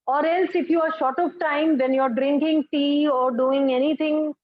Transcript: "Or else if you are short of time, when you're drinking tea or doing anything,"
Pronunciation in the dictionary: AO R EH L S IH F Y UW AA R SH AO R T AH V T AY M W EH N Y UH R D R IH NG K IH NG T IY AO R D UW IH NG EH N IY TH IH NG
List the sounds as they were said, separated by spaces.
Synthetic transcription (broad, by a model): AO R EH L S IH F Y UW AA R SH AO R T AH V T AY M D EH N Y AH R D R IH NG K IH NG T IY AO R D UW IH NG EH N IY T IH NG